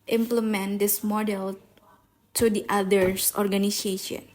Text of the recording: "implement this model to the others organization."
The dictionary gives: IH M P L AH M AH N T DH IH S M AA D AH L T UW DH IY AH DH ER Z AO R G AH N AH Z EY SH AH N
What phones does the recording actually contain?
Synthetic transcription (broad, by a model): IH M P L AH M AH N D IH S M AA D AH L T UW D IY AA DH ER S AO R G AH N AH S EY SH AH N